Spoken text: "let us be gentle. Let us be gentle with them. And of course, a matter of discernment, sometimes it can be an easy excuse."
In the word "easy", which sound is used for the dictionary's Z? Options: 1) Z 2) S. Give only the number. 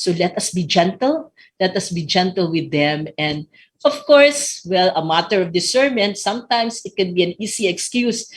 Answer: 2